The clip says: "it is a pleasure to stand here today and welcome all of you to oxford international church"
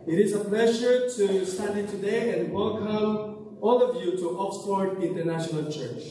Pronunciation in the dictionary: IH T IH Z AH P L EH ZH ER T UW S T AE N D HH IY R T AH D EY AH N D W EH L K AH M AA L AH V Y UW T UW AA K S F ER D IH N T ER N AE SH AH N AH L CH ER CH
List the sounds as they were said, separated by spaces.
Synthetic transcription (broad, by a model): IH T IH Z AH P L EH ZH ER T UW S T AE D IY T AH D EY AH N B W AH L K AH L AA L AH V Y UW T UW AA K S P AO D IH N T ER N AE SH AH N AH L CH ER CH